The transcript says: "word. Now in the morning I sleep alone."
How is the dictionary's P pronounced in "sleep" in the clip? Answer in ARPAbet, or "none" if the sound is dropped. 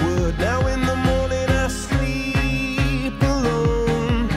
P